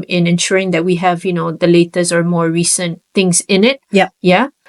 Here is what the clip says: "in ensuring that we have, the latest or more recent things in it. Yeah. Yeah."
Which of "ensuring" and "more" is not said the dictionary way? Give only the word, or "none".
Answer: none